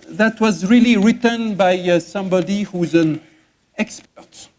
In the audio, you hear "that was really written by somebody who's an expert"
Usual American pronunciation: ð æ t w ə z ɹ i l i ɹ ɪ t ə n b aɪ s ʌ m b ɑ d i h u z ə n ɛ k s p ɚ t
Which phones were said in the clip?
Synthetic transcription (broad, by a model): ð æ t w ə z ɹ i l i ɹ ɪ t ə n b aɪ s ʌ m b ɑ d i h u z ə n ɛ k s p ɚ t